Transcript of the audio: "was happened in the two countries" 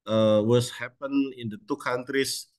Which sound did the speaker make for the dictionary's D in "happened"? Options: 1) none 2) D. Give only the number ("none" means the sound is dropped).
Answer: 1